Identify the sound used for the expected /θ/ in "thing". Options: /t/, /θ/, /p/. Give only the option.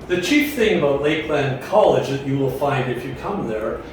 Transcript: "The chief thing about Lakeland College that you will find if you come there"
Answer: /θ/